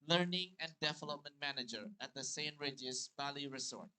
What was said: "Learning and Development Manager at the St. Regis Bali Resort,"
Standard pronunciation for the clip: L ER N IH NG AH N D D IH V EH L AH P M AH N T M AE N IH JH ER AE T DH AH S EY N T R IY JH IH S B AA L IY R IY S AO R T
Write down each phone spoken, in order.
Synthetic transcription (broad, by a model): L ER N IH NG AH N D D IH V EH L AH P M AH N T M AE N IH JH ER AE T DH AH S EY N R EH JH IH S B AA L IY R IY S AO R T